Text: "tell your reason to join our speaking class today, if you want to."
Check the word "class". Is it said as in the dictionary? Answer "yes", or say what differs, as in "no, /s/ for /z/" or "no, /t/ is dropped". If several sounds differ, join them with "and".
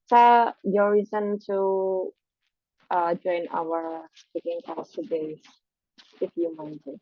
no, /l/ is dropped